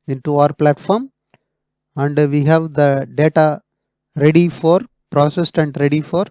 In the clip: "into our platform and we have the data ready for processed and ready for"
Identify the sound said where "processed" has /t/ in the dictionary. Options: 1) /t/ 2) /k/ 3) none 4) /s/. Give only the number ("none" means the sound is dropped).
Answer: 1